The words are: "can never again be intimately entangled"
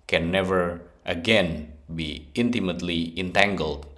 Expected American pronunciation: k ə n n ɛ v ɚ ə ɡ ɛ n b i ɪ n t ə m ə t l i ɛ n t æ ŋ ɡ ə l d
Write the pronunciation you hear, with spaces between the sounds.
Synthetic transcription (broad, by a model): k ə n n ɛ v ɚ ə ɡ ɛ n b i ɪ n t ə m ə t l i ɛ n t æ ŋ ɡ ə l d